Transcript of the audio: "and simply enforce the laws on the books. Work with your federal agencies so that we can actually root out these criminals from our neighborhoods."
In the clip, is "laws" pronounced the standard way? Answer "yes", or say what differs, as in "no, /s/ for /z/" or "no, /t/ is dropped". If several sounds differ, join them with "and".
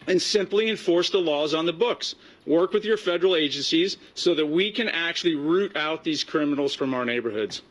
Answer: yes